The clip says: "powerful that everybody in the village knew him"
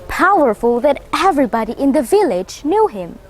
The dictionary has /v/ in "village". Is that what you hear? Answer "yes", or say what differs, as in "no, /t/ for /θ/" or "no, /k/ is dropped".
yes